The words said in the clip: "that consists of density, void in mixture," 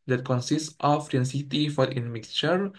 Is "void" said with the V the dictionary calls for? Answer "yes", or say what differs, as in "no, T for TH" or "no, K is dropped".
no, F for V